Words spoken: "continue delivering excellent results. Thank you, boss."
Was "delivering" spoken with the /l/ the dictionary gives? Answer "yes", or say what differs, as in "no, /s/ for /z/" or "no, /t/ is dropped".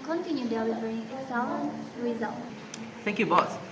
no, /w/ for /l/